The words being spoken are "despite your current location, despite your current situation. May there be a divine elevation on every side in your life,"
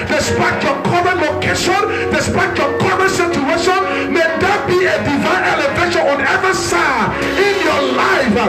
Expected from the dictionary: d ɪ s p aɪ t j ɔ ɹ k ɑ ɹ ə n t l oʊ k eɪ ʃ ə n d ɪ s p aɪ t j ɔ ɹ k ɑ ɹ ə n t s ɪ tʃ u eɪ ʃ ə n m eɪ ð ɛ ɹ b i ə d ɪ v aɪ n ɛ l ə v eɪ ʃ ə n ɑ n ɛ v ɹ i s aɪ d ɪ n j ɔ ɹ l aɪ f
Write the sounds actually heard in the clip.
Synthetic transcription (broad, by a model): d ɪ s p aɪ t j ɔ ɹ k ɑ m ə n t l oʊ k eɪ ʃ ə n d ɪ s p aɪ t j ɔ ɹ k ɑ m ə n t s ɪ tʃ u eɪ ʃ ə n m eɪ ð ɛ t b i ə d ɪ v aɪ n ɛ l ə v eɪ ʃ ə n ɑ n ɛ v i s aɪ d ɪ n j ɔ l aɪ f